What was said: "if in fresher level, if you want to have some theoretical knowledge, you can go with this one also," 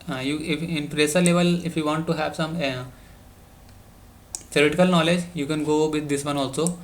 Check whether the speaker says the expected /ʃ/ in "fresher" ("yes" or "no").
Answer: no